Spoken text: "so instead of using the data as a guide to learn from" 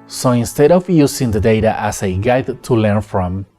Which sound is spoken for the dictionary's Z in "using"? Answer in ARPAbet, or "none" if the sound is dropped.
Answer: S